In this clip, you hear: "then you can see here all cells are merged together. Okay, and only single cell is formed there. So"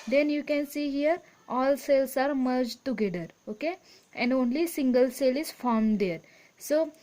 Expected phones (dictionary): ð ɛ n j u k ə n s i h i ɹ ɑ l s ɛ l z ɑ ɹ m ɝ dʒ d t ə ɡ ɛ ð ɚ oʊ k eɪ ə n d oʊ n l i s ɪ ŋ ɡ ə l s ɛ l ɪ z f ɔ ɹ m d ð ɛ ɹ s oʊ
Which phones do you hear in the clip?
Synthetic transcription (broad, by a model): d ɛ n j u k ə n s i h i ɹ ɑ l s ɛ l s ɑ ɹ m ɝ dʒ t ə ɡ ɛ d ɚ oʊ k eɪ ə n d oʊ n l i s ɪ ŋ ɡ ə l s ɛ l ɪ z f ɔ ɹ m d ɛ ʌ ɹ s oʊ